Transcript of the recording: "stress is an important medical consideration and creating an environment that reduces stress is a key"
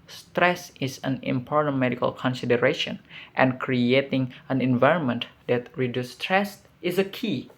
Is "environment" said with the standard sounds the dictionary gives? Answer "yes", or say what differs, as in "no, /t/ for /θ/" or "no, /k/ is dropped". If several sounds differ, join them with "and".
yes